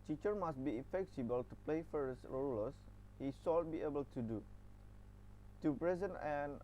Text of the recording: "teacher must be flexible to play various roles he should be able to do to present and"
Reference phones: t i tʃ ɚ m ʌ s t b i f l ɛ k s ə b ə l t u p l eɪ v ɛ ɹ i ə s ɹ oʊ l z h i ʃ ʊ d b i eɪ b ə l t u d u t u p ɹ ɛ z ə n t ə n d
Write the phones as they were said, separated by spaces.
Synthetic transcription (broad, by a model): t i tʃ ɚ m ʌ s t b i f ɛ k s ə b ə l t u p l eɪ f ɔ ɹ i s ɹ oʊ l s h i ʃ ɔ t b i eɪ b ə l t u d u t u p ɹ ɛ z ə n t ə n